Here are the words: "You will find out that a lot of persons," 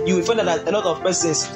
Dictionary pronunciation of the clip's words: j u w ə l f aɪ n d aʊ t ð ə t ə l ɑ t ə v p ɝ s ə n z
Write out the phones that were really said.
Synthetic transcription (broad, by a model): j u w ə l f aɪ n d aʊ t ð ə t ə n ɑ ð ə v p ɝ s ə n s